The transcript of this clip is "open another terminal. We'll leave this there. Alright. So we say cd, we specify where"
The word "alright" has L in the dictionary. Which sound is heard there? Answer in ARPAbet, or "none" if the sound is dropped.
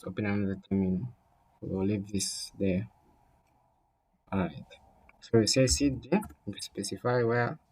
none